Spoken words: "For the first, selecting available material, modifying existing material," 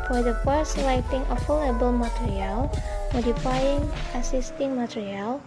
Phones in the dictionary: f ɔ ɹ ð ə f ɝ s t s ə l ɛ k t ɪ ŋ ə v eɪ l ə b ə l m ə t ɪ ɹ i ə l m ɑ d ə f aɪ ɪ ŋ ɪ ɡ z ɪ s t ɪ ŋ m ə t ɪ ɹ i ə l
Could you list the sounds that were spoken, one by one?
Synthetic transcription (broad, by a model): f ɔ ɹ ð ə f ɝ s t s l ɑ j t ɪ ŋ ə f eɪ l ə b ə l m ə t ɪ ɹ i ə l m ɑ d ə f aɪ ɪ ŋ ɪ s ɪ s t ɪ ŋ m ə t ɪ ɹ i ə l